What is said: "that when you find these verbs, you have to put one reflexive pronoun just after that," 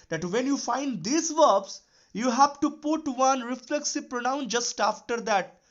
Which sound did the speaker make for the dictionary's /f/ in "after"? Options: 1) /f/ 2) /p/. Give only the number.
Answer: 1